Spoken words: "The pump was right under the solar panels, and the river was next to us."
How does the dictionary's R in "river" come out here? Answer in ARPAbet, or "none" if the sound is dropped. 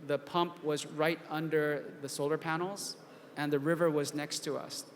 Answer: R